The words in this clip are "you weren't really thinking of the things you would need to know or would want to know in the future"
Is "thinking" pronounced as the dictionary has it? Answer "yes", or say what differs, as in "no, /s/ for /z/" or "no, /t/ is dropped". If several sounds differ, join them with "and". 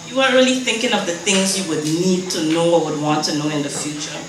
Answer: yes